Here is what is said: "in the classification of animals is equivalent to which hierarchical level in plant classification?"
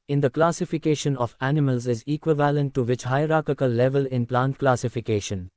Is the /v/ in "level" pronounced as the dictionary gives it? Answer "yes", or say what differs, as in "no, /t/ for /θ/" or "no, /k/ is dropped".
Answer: yes